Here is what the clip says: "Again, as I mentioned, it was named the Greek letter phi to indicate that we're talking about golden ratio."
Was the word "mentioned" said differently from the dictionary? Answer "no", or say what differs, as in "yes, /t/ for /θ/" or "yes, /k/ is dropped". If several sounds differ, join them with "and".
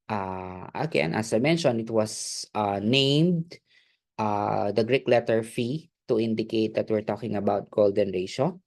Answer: yes, /d/ is dropped